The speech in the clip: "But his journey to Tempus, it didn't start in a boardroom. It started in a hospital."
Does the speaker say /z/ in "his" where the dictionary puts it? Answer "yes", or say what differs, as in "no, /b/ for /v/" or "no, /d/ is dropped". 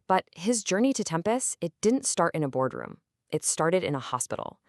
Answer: yes